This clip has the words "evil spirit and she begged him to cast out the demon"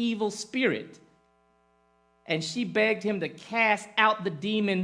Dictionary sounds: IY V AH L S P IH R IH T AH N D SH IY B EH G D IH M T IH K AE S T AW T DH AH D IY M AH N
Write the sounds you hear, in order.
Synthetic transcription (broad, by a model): IY V L S P IH R IH T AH N SH IY B EH G D IH M T IH K AE S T AW T DH AH D IY M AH N